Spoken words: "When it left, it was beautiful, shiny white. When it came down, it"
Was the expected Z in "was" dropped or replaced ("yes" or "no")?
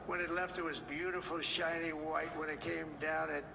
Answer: no